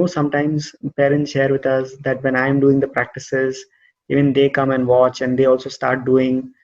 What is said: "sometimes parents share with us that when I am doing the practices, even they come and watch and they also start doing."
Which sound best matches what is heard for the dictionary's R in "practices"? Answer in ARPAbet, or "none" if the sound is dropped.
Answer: R